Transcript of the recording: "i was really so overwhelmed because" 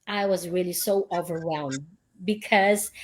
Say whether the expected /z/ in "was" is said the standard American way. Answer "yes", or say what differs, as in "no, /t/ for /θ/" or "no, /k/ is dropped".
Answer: yes